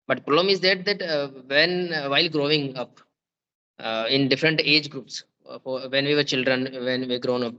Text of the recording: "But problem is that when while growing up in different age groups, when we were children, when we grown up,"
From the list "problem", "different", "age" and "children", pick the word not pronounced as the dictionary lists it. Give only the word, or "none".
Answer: problem